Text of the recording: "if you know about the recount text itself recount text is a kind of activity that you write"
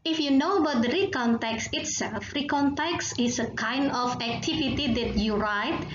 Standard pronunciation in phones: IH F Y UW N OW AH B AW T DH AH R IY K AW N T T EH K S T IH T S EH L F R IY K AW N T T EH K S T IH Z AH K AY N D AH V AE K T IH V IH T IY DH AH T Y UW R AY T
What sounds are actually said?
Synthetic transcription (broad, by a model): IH F Y UW N OW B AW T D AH R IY K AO N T T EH K S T IH T S EH L F R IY K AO N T T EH K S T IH S AH K AY N D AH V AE K T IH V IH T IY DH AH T Y UW R AY T